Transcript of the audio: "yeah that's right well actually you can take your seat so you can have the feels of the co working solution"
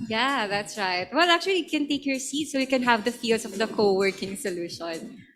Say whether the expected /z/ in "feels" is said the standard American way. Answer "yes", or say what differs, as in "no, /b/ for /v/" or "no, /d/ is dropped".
no, /s/ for /z/